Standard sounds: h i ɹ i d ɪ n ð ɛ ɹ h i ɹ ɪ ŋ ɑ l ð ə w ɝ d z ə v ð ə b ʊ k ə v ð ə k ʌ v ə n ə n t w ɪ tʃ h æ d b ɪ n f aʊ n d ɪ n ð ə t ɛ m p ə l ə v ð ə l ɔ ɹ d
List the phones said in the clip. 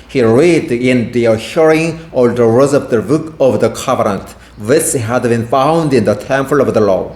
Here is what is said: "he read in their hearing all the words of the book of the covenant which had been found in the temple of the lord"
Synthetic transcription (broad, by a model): h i ɹ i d ɪ n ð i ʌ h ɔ ɹ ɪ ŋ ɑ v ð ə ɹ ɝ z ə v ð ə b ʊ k ə v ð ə k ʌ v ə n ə n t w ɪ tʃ h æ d b ɪ n f aʊ n d ɪ n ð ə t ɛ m f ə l ə v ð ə l ɔ